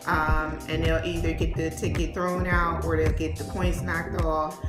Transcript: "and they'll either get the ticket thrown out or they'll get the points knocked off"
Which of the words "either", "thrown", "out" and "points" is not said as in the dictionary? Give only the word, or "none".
none